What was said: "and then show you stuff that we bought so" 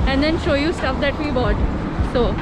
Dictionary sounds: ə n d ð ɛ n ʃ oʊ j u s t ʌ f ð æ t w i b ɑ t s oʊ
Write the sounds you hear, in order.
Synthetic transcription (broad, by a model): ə n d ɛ n ʃ oʊ j u s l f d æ t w i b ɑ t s oʊ